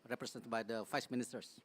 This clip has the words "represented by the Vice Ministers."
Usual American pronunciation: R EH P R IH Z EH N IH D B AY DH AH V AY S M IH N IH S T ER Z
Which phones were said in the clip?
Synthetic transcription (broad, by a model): R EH P R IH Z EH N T B AY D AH F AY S M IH N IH S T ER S